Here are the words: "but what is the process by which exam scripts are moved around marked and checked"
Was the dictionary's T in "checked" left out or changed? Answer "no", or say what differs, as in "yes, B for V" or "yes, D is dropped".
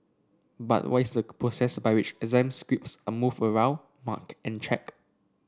yes, T is dropped